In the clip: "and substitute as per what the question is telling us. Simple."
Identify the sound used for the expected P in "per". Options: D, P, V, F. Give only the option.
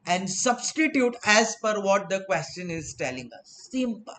F